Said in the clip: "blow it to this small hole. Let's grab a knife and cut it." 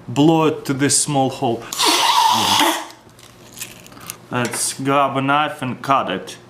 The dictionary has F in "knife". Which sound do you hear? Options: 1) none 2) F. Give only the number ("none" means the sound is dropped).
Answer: 2